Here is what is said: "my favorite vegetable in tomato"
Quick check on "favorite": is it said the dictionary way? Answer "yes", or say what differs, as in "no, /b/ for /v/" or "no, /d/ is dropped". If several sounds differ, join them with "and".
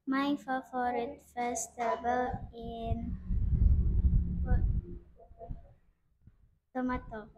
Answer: no, /f/ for /v/